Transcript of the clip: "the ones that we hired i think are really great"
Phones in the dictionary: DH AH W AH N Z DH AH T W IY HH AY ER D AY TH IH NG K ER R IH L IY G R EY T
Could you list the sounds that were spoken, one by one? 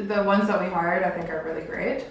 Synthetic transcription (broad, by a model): DH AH W AH N Z DH AH T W IY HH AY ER D AY TH IH NG K ER R IH L IY G R EY T